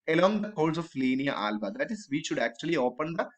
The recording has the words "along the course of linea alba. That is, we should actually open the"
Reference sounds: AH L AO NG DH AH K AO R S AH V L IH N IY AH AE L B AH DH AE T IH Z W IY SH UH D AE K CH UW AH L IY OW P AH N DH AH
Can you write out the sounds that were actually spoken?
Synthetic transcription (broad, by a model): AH L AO NG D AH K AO L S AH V L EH N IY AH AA L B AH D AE T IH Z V IY SH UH D AE K CH UW AH L IY OW P AH N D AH